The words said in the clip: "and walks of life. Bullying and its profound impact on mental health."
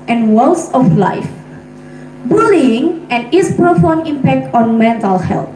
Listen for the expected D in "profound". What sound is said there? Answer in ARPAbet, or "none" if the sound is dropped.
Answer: none